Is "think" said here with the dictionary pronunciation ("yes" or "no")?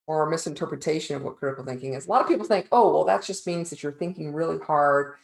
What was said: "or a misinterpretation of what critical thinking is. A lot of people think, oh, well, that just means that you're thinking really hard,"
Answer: yes